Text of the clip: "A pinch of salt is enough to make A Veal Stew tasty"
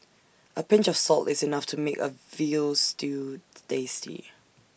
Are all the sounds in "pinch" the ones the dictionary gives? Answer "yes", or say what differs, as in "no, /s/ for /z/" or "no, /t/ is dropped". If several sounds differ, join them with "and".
yes